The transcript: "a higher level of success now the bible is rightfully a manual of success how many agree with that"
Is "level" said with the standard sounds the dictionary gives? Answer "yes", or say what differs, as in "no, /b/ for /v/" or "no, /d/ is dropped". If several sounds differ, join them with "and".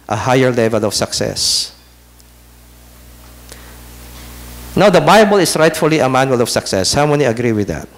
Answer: yes